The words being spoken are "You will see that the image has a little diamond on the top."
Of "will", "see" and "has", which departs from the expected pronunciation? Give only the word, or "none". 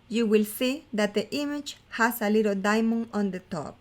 has